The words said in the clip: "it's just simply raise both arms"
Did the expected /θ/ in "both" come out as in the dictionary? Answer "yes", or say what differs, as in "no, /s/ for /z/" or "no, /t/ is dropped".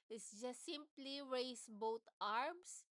no, /t/ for /θ/